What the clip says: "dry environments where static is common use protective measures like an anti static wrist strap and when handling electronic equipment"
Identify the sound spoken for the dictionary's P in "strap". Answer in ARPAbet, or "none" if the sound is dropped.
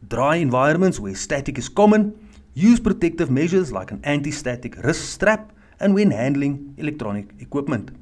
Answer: P